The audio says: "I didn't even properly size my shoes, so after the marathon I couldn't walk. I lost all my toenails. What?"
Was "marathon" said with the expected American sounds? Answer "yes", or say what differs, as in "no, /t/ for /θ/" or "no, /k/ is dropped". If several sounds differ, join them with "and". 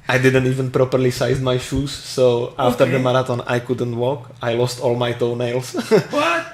no, /t/ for /θ/